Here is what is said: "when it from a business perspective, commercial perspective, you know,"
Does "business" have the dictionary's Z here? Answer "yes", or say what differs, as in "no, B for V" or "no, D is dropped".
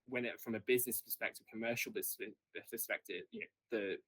yes